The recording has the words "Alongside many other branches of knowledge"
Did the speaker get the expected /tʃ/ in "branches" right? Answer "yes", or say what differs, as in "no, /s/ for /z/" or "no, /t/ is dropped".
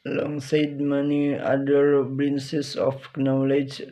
no, /s/ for /tʃ/